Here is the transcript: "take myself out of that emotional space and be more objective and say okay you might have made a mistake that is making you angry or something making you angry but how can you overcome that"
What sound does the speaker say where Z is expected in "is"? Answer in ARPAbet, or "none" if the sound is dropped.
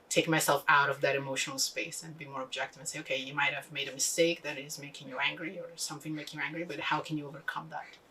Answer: Z